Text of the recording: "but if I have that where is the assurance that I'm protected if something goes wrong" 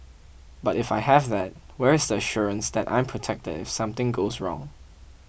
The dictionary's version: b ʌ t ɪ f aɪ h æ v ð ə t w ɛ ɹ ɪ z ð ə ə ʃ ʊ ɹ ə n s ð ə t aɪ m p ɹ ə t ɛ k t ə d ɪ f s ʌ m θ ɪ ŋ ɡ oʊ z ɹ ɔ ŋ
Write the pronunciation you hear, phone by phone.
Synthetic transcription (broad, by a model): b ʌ t ɪ f aɪ h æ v ð ə t w ɛ ɹ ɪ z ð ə ə ʃ ʊ ɹ ə n s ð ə t aɪ m p ɹ ə t ɛ k t ə d ɪ f s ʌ m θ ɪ ŋ ɡ oʊ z ɹ ɔ ŋ